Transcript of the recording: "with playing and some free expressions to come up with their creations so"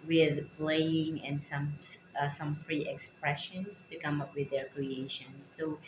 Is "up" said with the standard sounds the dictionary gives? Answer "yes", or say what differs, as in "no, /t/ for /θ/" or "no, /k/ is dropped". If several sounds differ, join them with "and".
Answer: yes